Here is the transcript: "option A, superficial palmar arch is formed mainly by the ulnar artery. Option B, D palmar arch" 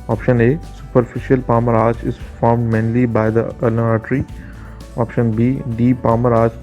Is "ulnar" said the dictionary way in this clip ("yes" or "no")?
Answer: no